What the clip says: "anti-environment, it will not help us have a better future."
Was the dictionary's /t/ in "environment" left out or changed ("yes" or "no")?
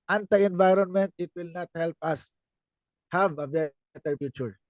no